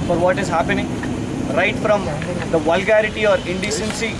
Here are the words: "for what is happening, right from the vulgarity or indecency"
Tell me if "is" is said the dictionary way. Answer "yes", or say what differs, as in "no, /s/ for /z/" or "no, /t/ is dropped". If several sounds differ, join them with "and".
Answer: yes